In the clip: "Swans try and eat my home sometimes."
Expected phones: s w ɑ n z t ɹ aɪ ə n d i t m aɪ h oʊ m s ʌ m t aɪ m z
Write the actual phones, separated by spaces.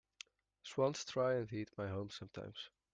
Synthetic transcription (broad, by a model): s w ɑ n s t ɹ aɪ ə n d i t m aɪ h oʊ m s ʌ m t aɪ m z